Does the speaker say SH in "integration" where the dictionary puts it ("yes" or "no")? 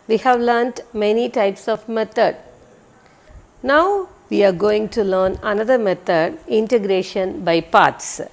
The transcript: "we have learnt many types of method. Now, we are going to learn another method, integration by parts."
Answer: yes